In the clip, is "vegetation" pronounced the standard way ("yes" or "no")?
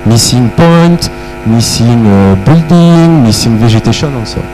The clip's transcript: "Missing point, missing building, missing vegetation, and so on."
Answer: no